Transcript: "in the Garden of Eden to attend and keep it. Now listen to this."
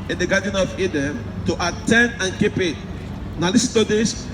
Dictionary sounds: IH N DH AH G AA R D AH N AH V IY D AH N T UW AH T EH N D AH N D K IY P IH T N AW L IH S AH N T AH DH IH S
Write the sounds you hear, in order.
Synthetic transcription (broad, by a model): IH N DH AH G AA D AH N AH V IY D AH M T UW AH T EH N D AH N K IY P IH T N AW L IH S T AH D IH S